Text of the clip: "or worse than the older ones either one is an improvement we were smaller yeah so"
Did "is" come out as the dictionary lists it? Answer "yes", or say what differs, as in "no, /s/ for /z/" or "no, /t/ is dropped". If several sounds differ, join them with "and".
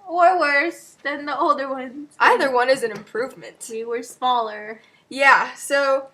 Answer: yes